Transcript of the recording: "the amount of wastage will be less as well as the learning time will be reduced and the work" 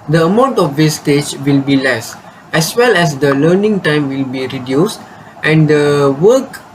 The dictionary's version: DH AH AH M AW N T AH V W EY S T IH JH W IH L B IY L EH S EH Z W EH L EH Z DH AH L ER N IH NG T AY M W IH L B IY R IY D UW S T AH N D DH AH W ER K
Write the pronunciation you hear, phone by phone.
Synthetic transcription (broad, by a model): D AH AH M AW N T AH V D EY S T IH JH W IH L B IY L EH S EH S W EH L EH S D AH L ER N IH NG T AY M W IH L B IY R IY D UW S T AH N D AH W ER K